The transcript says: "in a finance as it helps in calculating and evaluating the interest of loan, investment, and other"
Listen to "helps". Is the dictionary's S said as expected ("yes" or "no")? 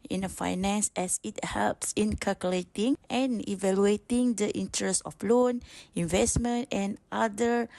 yes